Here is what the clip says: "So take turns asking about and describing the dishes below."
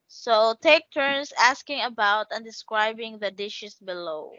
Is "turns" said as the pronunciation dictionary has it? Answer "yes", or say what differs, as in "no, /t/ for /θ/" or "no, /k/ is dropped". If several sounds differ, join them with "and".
no, /s/ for /z/